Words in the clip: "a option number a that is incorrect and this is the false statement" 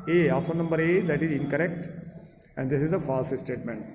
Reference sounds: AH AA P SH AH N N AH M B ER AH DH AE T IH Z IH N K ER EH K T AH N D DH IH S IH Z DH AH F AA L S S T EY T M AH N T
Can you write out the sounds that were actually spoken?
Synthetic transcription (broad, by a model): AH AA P S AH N N AH M B ER AH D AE T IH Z IH N K ER EH K T AH N D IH S IH Z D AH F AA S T S T EY T M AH N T